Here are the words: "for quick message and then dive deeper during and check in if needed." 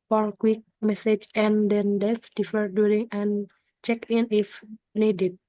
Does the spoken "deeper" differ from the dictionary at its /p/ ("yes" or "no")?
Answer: yes